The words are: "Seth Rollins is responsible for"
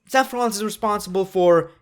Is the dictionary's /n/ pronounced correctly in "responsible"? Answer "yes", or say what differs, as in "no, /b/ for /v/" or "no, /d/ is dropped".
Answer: yes